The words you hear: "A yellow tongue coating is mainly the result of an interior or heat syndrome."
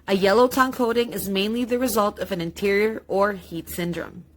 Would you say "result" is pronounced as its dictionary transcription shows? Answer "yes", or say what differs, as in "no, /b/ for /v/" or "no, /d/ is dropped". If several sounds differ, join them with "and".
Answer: yes